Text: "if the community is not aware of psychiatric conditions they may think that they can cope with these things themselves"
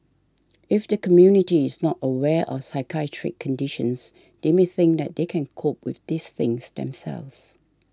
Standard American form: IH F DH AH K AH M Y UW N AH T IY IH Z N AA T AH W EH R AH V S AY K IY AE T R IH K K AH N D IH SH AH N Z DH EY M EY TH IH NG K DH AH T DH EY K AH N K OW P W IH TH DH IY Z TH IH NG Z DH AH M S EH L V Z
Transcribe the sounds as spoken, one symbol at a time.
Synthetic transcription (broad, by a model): IH F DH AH K AH M Y UW N AH T IY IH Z N AA T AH W EH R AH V S AY K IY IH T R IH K K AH N D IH SH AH N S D EY M EY TH IH NG K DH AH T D EY K AH N K OW P W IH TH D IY S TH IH NG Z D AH M S EH L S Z